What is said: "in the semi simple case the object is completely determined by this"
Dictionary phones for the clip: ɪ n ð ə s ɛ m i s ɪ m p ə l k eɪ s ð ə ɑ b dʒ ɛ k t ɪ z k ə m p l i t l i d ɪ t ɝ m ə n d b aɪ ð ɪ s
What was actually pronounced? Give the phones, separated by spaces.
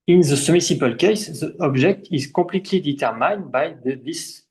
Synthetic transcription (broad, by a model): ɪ n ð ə s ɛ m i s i p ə l k eɪ s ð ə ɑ b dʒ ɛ k t ɪ z k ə p l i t l i d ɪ t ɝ m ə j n b aɪ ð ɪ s